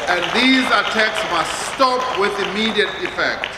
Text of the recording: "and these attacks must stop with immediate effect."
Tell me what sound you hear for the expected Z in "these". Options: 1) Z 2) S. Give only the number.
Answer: 1